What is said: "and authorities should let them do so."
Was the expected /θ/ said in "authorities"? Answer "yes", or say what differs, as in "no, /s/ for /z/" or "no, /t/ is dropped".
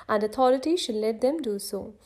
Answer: no, /t/ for /θ/